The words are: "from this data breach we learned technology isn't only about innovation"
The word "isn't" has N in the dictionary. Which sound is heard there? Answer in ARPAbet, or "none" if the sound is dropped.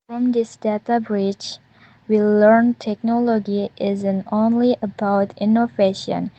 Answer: N